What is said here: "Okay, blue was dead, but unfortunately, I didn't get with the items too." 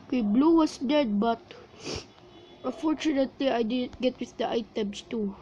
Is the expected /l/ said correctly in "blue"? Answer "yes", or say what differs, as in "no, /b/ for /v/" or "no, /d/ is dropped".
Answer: yes